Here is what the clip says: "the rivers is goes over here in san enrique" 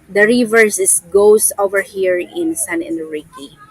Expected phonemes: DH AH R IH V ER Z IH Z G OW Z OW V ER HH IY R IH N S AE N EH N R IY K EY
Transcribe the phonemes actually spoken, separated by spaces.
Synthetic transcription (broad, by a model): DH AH R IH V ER S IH S G OW S OW V ER HH IY R IH N S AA N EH N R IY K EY